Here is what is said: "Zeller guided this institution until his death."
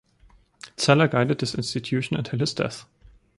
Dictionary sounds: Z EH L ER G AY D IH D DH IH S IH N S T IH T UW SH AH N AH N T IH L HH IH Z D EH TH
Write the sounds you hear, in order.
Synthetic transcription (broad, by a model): S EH L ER G AY D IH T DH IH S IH N S T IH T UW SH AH N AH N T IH L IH S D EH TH